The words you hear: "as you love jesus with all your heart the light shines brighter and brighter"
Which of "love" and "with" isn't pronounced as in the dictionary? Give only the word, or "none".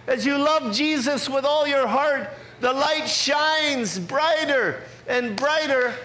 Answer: none